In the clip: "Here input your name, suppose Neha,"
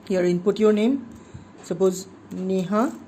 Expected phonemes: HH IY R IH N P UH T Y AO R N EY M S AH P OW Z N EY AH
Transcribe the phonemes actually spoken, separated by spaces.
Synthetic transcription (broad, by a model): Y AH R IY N P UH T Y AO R N EY M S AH B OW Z N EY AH